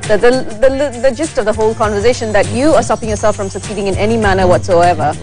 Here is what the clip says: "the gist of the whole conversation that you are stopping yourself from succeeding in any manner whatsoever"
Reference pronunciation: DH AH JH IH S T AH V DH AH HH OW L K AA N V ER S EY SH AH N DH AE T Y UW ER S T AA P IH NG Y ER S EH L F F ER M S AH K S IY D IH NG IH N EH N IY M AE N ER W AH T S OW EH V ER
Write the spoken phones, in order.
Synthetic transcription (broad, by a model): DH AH JH IH S T AH V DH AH HH OW L K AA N V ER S EY SH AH N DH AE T Y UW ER S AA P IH NG Y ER S EH L F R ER M S AH K S IY D IH NG IH N EH N IY M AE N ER W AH T S OW EH V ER